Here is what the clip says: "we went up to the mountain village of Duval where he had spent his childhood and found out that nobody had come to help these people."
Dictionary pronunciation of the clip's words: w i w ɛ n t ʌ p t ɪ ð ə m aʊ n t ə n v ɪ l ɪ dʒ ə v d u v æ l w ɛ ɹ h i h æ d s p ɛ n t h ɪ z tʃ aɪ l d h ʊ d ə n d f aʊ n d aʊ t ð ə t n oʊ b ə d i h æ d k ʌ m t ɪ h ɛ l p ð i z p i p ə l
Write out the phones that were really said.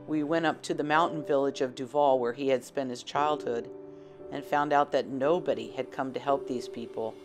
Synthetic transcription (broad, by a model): w i w ɛ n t ʌ p t ɪ ð ə m aʊ n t n v ɪ l ɪ dʒ ə v d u v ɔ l w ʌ ɹ i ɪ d s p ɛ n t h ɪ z tʃ aɪ l d h ʊ d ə n f aʊ n d aʊ t ð ə t n oʊ b ə d i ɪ d k ʌ m t ɪ h ɛ l p ð i z p i p l